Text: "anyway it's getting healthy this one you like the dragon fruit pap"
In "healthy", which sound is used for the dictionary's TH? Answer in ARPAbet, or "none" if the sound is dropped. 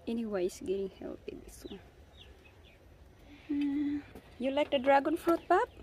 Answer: T